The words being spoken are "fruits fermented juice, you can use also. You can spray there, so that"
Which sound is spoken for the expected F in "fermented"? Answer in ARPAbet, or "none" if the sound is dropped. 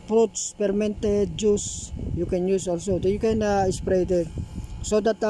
P